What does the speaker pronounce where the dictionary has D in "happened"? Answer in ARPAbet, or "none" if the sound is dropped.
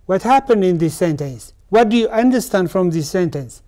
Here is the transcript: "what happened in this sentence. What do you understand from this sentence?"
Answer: D